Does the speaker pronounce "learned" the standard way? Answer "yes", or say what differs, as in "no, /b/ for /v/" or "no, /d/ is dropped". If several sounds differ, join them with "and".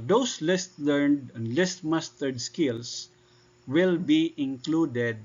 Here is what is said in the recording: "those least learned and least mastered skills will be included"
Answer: yes